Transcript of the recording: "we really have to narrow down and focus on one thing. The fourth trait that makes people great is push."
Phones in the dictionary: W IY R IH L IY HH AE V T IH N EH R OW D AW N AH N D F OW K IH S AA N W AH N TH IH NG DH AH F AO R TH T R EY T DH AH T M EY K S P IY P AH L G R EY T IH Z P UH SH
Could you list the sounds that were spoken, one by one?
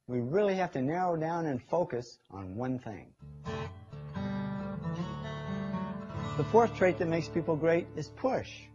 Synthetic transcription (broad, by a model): W IY R IH L IY HH AE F T IH N EH R OW D AW N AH N F OW K IH S N W AH N TH IH NG DH AH F AO R TH T R EY T DH AH T M EY K S P IY P L G R EY T IH Z P UH SH